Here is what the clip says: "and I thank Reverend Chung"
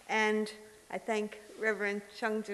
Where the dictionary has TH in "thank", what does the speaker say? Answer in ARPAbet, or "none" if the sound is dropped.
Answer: TH